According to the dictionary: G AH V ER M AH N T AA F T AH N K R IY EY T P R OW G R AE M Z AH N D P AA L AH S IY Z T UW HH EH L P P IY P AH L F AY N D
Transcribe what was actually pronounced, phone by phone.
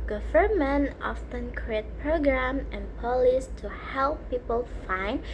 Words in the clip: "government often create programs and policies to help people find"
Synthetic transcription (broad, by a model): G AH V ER M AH N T AA F T AH N K R IY EY T P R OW G R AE M AH N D P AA L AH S T UW HH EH L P P IY P AH L F AY N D